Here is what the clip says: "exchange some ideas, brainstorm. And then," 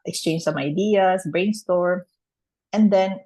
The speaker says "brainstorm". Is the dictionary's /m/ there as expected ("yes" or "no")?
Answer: no